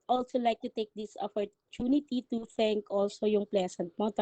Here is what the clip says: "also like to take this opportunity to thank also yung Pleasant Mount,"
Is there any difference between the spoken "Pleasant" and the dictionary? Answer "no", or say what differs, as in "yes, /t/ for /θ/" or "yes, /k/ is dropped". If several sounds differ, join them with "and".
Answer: yes, /s/ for /z/